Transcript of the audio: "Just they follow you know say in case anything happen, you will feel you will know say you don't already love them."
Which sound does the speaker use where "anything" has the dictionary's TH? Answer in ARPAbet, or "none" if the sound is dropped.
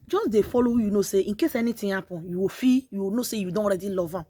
T